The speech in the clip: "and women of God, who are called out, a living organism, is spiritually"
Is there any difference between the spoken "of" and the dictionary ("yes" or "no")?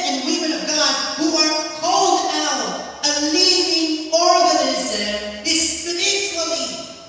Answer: no